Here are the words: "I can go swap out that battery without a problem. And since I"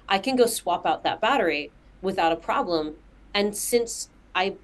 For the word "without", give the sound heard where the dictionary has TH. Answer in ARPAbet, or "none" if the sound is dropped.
TH